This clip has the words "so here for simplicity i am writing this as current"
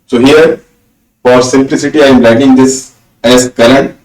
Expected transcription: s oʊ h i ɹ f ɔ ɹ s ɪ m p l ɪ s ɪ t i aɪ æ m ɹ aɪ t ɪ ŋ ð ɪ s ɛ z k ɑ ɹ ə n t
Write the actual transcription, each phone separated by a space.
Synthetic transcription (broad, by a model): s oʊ h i ɹ f ɔ ɹ s ɪ m p l ɪ s ɪ t i aɪ m l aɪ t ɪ ŋ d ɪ s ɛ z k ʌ ɹ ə n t